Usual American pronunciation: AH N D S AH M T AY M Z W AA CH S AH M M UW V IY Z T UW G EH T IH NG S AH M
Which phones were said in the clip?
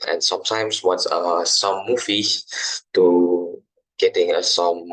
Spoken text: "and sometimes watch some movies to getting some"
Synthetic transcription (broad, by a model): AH N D S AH M T AY M S W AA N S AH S M UW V IY T UW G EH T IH NG S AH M